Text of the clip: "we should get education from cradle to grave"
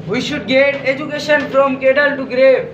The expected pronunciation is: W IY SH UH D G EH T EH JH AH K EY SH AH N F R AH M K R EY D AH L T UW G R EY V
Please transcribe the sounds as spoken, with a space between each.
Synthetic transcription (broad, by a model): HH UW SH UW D G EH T EH JH AH K EY SH AH N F R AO M K EY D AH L T UW G R EY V